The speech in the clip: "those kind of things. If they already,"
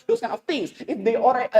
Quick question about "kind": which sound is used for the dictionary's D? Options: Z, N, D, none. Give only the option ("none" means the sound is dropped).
none